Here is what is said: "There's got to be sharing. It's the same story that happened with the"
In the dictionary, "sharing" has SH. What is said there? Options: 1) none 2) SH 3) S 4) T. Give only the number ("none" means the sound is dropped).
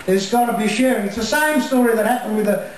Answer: 2